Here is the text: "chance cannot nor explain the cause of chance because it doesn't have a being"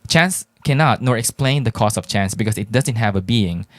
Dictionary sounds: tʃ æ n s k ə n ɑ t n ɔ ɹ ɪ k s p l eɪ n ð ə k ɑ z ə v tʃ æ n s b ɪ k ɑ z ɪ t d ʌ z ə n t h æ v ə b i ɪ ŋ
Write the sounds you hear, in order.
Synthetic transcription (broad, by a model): tʃ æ n s k ə n ɑ t n ɔ ɹ ɪ k s p l eɪ n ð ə k ɑ s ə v tʃ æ n s b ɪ k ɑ s ɪ t d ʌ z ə n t h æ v ə b i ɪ ŋ